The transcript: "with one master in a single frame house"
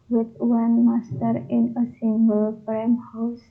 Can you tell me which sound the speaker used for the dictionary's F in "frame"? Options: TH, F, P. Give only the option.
P